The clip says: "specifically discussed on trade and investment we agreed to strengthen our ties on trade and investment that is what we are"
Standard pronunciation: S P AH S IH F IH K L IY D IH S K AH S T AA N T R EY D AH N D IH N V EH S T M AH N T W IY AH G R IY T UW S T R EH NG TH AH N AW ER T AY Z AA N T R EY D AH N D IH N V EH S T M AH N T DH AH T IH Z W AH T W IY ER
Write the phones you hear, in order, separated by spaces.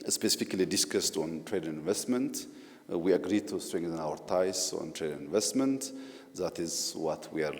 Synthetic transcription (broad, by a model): S P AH S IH F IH K L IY D IH S K AH S T AA N T R EY D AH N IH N V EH S T M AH N T W IY AH G R IY T UW S T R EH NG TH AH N AW ER T AY S AA N T R EY D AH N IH N V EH S T M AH N T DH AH T IH Z W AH T W IY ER